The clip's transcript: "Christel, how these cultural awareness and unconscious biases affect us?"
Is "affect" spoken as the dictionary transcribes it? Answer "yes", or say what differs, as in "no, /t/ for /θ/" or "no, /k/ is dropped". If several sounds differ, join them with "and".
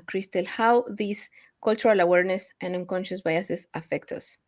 yes